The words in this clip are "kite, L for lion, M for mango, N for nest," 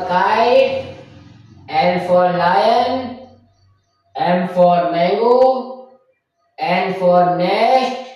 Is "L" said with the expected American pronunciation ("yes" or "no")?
no